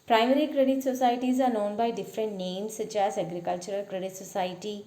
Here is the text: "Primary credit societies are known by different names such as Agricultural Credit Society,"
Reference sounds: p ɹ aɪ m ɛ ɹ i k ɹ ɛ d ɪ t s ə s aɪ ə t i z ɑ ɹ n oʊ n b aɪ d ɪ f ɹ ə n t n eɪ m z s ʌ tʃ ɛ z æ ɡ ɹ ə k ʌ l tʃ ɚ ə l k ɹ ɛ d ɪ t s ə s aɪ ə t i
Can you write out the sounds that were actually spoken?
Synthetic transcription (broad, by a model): p ɹ aɪ m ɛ ɹ i k ɹ ɛ d ɪ t s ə s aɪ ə t i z ɑ ɹ n oʊ n b aɪ d ɪ f ɹ ə n t n eɪ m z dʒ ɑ s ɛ ɡ ɹ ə k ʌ l tʃ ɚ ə l k ɹ ɛ d ɪ t s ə s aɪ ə t i